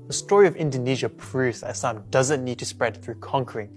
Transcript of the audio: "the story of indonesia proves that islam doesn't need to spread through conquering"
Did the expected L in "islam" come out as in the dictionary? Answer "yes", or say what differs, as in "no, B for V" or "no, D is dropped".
no, L is dropped